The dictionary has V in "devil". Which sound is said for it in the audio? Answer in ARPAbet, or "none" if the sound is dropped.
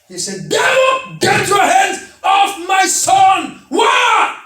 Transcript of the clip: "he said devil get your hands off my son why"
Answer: W